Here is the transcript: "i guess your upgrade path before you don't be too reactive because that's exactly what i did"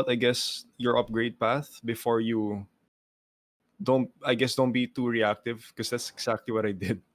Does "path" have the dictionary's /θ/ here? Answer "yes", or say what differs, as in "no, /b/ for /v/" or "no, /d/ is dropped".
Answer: yes